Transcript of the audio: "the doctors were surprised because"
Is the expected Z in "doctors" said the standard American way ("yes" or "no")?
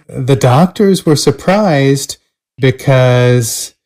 yes